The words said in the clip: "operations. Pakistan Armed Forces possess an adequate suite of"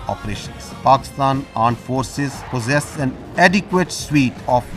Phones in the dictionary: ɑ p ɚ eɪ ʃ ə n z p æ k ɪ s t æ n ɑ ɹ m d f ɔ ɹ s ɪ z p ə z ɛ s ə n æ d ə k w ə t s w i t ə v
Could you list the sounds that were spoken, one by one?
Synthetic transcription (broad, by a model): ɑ p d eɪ ʃ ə n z p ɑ k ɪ s t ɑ n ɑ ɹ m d f ɔ ɹ s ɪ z p ə z ɛ s ə n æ d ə k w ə t s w i t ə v